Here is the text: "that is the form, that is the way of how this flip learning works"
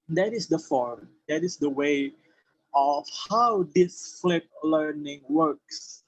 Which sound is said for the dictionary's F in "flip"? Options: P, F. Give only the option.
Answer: F